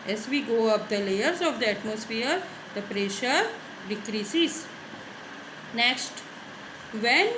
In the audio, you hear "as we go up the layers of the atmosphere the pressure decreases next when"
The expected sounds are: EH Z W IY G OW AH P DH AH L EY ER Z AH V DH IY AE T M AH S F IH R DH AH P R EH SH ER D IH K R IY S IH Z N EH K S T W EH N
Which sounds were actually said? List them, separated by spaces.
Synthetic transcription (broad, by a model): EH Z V IY G OW AH P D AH L EY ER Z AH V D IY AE T M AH S F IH R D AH P R EH SH ER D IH K R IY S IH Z N EH K S T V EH N